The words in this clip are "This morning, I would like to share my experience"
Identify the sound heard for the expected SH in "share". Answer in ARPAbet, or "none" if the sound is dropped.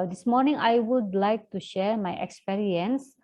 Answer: SH